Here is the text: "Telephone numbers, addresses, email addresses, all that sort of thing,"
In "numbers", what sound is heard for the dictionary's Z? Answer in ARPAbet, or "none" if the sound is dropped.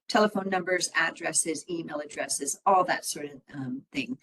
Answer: Z